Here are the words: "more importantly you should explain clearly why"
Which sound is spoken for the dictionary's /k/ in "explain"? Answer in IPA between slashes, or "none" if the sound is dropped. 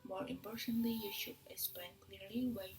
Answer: none